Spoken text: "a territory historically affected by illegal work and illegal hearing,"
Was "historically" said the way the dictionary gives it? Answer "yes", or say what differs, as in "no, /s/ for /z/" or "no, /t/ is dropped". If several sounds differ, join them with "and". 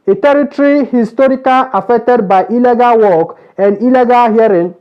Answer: no, /l/ is dropped